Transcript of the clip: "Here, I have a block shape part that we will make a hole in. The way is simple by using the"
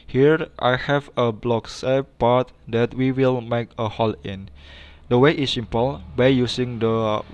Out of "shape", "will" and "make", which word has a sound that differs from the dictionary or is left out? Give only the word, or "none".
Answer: shape